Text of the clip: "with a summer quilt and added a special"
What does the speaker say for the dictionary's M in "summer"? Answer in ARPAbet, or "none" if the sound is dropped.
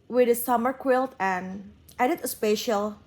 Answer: M